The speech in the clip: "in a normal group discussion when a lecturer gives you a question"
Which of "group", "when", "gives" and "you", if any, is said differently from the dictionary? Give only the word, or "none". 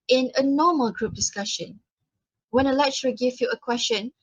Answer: gives